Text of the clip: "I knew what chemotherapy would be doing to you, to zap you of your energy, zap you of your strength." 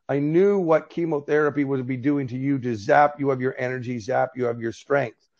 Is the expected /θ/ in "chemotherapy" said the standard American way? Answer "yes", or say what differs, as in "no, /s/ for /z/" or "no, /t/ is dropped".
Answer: yes